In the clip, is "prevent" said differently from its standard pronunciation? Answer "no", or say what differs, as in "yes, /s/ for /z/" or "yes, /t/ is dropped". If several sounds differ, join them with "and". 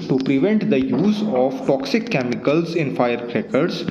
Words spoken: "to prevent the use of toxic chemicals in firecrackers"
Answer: no